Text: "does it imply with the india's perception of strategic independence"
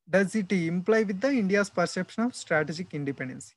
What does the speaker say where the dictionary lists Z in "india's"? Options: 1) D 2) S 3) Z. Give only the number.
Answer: 2